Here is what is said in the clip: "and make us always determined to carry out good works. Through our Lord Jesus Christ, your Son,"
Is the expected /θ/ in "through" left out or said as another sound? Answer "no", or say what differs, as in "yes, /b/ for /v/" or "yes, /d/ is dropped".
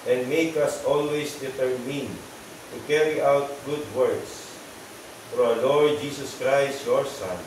yes, /f/ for /θ/